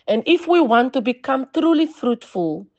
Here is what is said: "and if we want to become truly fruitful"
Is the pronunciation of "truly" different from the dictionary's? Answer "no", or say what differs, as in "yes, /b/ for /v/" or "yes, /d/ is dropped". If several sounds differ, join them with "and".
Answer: no